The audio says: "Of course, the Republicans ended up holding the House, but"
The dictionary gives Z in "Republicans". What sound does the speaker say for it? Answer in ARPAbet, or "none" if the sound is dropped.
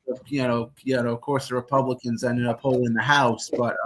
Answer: Z